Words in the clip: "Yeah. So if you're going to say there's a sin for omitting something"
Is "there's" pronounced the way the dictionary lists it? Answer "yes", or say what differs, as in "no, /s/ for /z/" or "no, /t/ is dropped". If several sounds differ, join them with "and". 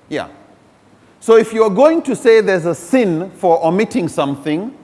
yes